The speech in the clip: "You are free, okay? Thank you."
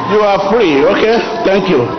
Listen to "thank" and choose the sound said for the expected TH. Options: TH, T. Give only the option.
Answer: T